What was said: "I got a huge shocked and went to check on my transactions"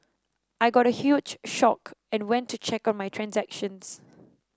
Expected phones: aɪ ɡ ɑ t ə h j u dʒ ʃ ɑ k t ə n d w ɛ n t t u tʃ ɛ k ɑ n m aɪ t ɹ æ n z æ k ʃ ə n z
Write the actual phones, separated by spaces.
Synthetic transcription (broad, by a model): aɪ ɡ ɑ t ə h j u dʒ ʃ ɑ k ə n w ɛ n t t u tʃ ɛ k ɑ n m aɪ t ɹ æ n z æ k ʃ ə n s